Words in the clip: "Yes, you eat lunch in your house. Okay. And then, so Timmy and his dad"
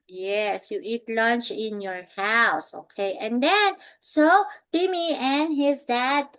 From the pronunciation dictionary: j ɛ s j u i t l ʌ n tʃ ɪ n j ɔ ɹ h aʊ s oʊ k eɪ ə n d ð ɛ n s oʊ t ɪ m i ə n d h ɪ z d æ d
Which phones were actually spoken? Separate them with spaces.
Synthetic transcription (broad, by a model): j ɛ s j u i t l ʌ n tʃ ɪ n j ɔ ɹ h aʊ s oʊ k eɪ ə n d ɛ n s oʊ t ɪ m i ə n h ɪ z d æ d